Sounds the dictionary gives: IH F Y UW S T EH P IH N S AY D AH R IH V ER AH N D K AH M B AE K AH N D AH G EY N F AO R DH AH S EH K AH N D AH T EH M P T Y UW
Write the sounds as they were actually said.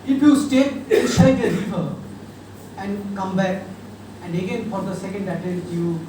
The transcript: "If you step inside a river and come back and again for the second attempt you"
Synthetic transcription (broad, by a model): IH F Y UW S T EH IH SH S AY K AH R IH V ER AH N D K AH M B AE K AH N D AH G EY N F AO R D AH S EH K AH N D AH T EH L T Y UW